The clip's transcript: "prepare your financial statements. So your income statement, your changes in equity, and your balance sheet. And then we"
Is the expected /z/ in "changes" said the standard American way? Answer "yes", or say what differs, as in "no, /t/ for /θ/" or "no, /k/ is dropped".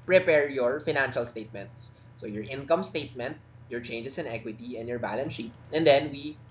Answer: no, /s/ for /z/